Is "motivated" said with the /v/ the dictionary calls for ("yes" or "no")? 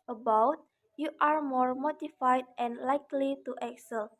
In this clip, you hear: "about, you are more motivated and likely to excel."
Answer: no